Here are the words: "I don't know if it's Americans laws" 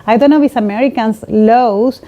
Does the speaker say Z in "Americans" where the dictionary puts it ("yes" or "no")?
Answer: no